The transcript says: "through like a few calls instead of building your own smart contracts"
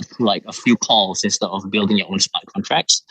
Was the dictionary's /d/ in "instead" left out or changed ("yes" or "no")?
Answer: yes